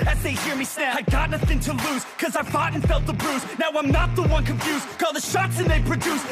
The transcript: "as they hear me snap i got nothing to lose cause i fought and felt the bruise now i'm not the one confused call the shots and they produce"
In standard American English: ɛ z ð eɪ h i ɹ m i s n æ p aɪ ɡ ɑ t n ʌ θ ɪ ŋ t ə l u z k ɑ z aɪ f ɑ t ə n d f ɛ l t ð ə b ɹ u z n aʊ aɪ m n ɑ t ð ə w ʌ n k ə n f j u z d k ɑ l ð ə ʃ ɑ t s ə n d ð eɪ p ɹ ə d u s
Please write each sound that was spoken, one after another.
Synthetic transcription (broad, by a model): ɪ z ð eɪ h i ɹ m i s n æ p aɪ ɡ ɑ t n ʌ θ ɪ ŋ t ə l u z k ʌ z aɪ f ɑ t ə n f ɛ l t ð ə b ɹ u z n aʊ aɪ m n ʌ t ð ə w ʌ n k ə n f j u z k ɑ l ð ə ʃ ɑ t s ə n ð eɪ p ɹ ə d u s